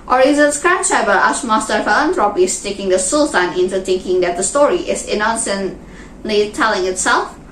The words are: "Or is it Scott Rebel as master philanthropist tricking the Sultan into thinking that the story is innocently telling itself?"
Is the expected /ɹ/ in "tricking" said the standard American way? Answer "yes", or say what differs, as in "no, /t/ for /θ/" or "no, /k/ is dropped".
no, /ɹ/ is dropped